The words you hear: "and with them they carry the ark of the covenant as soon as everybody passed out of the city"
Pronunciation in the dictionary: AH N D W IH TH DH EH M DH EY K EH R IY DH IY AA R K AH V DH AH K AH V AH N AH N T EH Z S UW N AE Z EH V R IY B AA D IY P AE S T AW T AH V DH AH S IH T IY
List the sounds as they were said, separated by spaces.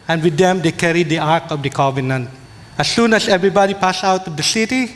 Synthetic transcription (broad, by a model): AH N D W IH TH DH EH M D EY K EH R IY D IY AA R K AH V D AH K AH V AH N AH N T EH S UW N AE S EH V R IY B AA D IY P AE S AW T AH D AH S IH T IY